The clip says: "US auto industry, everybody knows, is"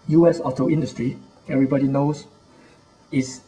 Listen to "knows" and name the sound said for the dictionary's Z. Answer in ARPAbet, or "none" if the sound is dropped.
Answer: S